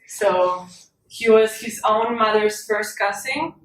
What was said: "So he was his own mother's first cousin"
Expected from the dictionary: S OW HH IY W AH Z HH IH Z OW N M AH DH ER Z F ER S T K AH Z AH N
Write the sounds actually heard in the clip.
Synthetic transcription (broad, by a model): S OW HH IY W AH Z HH IH Z OW N M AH DH ER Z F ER S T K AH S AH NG